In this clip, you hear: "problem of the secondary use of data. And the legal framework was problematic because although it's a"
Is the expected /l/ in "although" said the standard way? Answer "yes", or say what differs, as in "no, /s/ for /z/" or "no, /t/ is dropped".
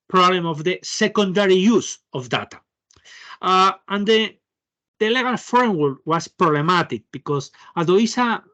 no, /l/ is dropped